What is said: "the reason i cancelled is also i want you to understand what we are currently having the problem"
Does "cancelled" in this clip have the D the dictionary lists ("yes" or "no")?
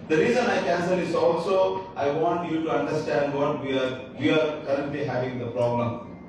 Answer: no